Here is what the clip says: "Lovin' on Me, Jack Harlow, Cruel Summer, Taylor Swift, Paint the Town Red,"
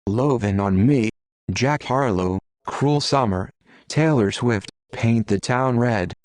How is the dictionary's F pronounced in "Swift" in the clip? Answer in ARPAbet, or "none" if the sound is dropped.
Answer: F